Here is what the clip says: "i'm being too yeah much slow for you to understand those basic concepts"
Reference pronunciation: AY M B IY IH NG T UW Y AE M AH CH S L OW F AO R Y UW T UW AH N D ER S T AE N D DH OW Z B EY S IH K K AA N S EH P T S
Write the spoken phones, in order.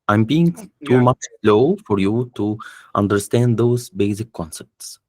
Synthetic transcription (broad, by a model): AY M B IY IH NG T UW M AH CH S L OW F AO R Y UW T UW AH N D ER S T AE N D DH OW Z B EY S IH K K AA N S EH P T S